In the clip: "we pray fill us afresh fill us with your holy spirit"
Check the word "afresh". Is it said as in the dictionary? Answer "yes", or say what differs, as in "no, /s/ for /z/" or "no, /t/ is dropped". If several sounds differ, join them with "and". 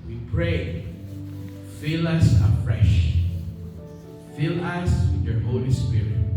yes